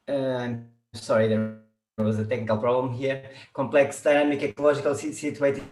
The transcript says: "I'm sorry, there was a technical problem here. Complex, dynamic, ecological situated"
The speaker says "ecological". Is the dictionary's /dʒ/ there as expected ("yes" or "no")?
no